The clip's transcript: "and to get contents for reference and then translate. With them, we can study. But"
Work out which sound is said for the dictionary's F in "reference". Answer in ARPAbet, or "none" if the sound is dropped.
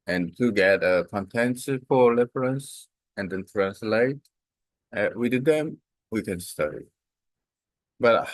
P